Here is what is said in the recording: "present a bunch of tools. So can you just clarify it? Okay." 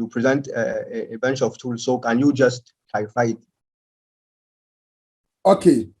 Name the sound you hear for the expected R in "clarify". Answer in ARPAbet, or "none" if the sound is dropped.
none